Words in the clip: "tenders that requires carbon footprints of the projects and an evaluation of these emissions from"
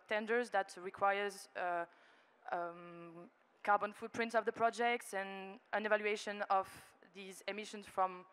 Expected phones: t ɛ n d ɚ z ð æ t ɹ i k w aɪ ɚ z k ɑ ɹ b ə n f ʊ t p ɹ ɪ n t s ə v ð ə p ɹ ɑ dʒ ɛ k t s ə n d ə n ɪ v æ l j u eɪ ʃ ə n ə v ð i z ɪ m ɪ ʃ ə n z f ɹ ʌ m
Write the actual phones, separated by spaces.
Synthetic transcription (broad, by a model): t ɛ n d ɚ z ð æ t ɹ i k w aɪ ɚ z k ɑ ɹ b ə n f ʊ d p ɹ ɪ n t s ə v ð ə p ɹ ɑ dʒ ɛ k t s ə n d ə n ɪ v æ l j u eɪ ʃ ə n ə v ð i z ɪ m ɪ ʃ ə n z f ɹ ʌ m